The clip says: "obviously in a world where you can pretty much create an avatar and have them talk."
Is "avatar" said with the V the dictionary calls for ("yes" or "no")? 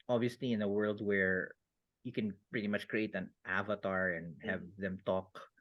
yes